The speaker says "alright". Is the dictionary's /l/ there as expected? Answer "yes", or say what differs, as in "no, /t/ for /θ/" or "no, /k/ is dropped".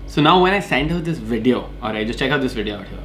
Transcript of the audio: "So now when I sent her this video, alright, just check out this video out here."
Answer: no, /l/ is dropped